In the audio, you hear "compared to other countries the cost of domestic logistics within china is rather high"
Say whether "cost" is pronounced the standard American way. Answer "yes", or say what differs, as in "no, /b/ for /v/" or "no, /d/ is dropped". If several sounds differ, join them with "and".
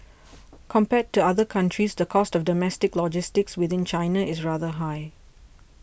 yes